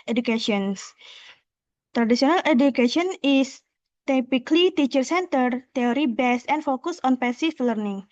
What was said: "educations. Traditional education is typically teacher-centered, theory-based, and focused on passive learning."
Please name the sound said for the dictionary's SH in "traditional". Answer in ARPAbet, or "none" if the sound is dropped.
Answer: S